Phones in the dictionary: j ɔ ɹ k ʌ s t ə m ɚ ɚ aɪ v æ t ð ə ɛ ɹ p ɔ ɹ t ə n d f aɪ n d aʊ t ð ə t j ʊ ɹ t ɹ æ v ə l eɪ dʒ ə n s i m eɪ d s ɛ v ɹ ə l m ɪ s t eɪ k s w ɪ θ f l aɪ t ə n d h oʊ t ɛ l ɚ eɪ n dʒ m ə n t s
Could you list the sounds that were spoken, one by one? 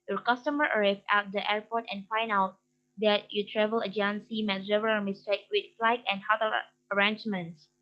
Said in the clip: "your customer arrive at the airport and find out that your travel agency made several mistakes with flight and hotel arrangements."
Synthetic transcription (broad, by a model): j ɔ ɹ k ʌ s t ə m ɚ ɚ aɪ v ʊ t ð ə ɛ ɹ p ɔ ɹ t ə n f aɪ n d aʊ t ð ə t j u t ɹ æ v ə l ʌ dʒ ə n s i m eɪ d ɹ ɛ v ə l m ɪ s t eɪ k w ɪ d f l aɪ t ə n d h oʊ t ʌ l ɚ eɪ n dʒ m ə n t s